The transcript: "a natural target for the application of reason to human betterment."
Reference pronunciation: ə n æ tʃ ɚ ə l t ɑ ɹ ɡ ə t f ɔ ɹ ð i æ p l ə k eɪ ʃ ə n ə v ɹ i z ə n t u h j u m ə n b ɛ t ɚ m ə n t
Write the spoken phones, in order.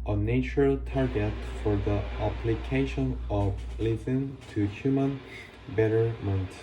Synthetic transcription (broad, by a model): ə n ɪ tʃ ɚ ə l t ɑ ɹ ɡ ə t f ɔ ɹ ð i æ p l ə k eɪ ʃ ə n ə v l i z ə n t u h j u m ə n b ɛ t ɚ m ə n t